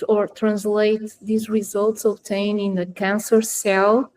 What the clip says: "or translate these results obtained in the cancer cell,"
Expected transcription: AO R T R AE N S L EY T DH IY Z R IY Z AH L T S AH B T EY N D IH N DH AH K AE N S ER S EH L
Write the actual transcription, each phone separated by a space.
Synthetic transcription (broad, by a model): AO R T R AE N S L EY T DH IY Z R IY Z AH L T S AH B T EY N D IH N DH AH K AE N S ER S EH L